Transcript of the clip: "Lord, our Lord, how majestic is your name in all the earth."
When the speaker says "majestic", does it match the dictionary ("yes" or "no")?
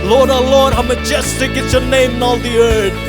yes